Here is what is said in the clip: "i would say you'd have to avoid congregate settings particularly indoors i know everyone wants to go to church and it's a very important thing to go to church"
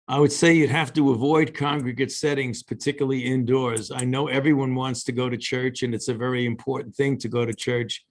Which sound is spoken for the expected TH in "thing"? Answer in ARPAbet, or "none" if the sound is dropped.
TH